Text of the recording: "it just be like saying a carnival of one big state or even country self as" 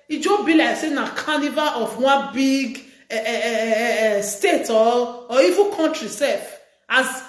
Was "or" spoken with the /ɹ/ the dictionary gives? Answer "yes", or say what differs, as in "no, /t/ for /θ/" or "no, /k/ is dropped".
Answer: no, /l/ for /ɹ/